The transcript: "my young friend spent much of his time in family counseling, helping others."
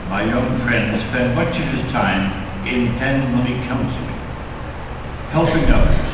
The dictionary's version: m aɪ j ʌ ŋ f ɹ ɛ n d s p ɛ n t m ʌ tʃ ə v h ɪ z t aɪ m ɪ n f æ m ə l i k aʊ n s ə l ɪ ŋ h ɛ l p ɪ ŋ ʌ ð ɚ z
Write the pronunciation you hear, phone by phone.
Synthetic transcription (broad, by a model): m aɪ j ʌ ŋ f ɹ ɛ n d s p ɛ n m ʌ tʃ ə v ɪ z t aɪ m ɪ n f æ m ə n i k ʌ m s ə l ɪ h ɛ l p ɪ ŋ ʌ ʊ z